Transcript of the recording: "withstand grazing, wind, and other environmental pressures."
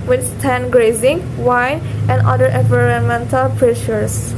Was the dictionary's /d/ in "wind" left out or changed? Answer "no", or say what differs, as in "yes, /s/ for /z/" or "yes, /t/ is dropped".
yes, /d/ is dropped